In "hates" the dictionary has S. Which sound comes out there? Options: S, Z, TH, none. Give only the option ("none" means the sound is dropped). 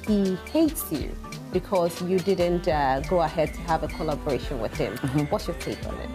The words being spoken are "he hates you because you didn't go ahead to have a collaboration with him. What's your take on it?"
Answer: S